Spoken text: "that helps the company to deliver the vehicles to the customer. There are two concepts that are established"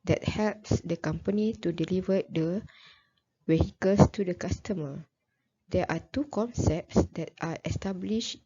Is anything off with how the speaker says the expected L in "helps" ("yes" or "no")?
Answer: no